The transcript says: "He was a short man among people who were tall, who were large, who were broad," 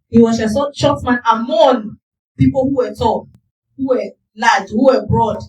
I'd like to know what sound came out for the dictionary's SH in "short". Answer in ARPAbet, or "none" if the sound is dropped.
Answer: S